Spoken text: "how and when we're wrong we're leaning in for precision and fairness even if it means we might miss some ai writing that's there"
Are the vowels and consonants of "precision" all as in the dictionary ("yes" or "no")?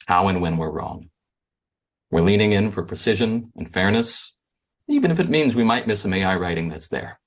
yes